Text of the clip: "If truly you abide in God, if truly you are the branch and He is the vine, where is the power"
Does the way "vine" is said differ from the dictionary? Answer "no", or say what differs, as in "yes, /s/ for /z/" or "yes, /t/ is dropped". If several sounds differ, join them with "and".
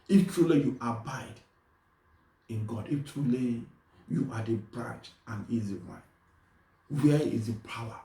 yes, /w/ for /v/